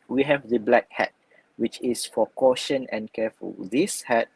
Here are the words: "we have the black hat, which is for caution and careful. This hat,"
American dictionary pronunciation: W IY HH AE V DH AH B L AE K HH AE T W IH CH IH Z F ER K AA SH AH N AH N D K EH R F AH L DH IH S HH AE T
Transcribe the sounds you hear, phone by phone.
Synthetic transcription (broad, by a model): W IY HH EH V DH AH B L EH K HH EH T W IH CH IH S F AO K AA SH AH N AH N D K EH F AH L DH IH S HH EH T